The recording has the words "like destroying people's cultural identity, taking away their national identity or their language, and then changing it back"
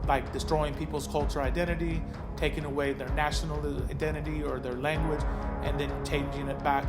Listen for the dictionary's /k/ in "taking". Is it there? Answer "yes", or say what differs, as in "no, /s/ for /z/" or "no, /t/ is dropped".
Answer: yes